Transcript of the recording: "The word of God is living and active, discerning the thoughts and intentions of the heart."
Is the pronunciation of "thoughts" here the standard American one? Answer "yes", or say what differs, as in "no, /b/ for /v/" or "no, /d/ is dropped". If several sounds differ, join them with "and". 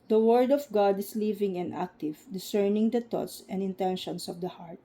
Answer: no, /t/ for /θ/